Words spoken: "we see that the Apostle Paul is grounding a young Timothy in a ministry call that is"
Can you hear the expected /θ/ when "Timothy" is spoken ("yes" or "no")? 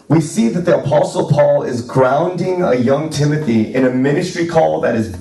yes